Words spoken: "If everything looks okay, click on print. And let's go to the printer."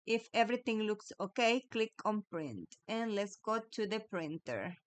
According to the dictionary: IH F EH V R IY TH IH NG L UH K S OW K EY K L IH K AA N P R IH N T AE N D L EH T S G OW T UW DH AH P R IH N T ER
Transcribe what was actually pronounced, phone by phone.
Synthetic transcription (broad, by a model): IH F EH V R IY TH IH NG L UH K S OW K EY K L IH K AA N P R IH N T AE N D L EH T S G OW T UW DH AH P R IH N T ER